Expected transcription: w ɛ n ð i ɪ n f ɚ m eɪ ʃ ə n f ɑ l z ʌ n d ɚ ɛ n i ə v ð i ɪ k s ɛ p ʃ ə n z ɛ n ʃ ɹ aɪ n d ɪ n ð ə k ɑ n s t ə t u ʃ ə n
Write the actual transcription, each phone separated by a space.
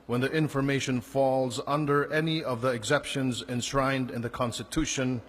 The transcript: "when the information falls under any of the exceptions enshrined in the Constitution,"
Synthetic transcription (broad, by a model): w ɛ n ð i ɪ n f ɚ m eɪ ʃ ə n f ɑ l z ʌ n d ɚ ɛ n i ə v ð i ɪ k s ɛ p ʃ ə n z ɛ n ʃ ɹ aɪ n d ɪ n ð ə k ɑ n s t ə t u ʃ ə n